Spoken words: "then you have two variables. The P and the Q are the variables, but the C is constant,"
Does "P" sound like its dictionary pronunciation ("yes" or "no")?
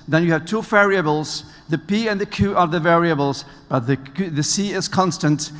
yes